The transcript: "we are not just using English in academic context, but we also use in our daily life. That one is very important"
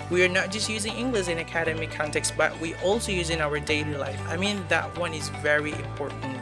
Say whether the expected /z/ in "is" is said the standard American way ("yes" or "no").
yes